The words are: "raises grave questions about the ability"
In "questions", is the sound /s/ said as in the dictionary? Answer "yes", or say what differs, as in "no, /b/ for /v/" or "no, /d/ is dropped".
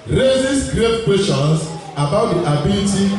no, /s/ is dropped